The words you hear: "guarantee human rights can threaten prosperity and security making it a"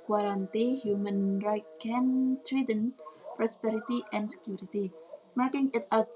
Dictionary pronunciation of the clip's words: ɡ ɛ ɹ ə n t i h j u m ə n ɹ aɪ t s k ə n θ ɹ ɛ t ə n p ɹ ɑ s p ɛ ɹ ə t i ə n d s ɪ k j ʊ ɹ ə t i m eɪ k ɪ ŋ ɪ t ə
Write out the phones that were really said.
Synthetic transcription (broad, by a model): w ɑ ɹ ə n t i h j u m ə n ɹ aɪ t k ə n t ɹ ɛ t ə n p ɹ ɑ s p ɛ ɹ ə t i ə n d s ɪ k j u ɹ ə t i m eɪ k ɪ ŋ ɪ t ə